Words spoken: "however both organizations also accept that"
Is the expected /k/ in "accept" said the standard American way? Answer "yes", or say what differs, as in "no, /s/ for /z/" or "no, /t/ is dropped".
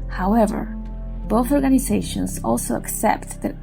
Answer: yes